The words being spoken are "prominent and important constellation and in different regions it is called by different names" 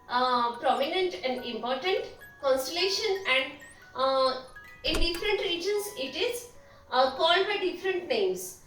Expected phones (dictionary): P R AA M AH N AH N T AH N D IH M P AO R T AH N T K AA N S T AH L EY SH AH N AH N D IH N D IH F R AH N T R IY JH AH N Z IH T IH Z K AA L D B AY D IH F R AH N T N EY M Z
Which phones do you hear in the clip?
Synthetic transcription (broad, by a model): P R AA M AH N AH N T AH N D IH M P AO R T AH N T K AA N S T AH L EY SH AH N AH N D IH N D IH F R AH N T R IY JH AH N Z IH T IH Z K AA L D B AY D IH F R AH N T N EY M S